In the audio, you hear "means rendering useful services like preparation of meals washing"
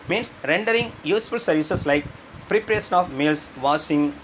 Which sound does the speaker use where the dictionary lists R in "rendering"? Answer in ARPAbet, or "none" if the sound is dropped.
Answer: R